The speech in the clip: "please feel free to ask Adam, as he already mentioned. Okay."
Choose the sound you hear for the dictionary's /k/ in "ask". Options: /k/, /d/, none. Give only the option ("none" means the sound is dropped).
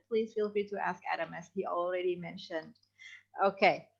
/k/